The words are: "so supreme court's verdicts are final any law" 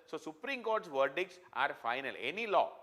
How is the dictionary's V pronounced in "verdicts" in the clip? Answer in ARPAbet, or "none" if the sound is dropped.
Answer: V